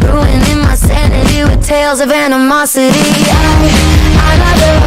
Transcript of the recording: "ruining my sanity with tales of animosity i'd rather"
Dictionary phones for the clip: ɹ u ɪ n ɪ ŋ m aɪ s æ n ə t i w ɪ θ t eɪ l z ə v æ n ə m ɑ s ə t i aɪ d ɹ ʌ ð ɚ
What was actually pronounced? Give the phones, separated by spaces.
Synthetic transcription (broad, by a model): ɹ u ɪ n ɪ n m aɪ s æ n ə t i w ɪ t eɪ l z ə v æ n ə m ɑ s ə t i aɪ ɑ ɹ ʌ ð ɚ